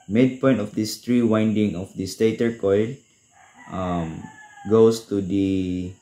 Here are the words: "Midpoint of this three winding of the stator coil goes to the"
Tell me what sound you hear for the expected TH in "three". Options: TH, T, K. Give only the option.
T